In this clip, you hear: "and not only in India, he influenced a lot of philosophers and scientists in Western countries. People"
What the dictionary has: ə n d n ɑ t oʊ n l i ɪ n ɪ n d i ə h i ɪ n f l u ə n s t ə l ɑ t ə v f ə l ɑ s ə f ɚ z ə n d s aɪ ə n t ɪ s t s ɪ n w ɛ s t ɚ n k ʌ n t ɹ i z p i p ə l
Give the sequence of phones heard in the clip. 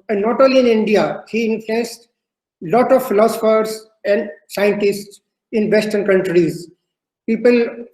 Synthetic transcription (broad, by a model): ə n n ɑ t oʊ l i ɪ n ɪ n d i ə h i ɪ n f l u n s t l ɑ t ə v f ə l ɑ s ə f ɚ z ə n d s aɪ ə n t ɪ s t s ɪ n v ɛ s t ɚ n k ʌ n t ɹ i z p i p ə l